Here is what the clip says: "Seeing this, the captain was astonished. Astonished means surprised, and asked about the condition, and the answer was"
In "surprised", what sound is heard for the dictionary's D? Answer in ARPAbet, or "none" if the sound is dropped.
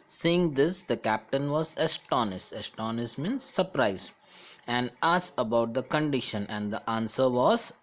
none